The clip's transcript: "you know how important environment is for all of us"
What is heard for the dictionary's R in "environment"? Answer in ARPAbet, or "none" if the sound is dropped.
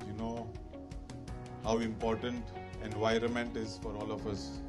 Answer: R